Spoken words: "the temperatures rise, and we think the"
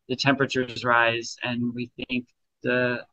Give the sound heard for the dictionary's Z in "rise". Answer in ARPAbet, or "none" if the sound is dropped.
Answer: Z